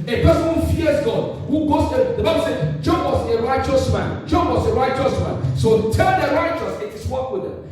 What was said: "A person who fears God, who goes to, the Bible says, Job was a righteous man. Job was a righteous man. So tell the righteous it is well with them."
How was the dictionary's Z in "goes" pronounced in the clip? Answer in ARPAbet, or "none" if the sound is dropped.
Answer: S